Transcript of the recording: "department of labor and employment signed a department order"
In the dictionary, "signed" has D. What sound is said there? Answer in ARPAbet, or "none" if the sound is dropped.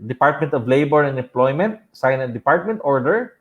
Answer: none